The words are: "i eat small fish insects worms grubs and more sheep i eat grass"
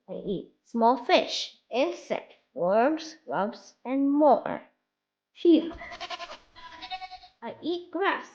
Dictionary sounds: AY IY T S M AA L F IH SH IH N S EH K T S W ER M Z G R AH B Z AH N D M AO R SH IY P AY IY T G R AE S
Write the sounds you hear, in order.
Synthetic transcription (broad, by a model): AY IY T S M AA L F IH SH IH N S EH K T W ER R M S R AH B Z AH N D M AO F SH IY AY IY T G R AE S